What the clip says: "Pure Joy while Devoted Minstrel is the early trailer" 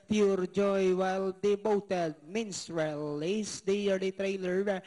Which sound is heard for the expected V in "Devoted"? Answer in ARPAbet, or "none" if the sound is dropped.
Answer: B